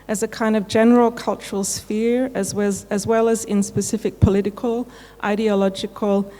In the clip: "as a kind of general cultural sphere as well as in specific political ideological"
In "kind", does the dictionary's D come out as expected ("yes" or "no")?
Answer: yes